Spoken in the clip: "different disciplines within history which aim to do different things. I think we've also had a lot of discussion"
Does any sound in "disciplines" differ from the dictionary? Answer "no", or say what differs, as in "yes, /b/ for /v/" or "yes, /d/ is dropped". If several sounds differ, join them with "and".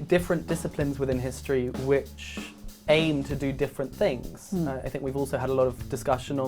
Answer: no